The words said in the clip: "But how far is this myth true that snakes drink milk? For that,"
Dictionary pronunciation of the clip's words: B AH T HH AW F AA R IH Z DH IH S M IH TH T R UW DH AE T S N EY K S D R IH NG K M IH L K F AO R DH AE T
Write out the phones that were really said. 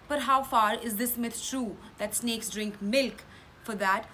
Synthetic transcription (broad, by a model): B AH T HH AW F AA R IH Z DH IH S M IH T T R UW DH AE T S N EY K S D R IH NG K M IH L K F AO R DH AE T